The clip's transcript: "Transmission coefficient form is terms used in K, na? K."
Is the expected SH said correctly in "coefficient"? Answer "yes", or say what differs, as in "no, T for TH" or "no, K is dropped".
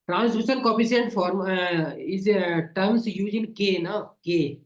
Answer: no, S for SH